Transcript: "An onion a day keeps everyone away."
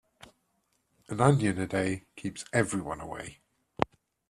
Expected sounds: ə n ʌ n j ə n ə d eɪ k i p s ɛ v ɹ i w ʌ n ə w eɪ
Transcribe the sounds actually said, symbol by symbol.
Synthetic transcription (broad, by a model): ə n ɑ n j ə n ə d eɪ k i p s ɛ v ɹ i w ʌ n ə w eɪ